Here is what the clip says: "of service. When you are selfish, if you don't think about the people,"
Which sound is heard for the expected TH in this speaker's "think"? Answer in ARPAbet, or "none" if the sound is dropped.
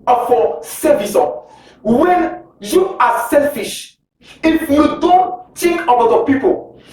T